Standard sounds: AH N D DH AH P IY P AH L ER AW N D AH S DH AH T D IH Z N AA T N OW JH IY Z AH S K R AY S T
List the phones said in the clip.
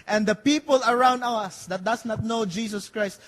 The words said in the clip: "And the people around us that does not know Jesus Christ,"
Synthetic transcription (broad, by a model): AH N D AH P IY P AH L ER AW N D AH S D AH T D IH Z N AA T N OW JH IY S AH S K R AY S T